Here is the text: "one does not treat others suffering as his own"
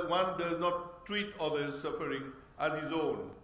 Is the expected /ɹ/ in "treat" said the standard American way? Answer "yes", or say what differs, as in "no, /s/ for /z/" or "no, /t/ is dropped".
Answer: yes